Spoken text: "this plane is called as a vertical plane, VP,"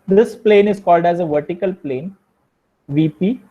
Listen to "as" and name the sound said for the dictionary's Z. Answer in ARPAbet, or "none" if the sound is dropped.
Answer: Z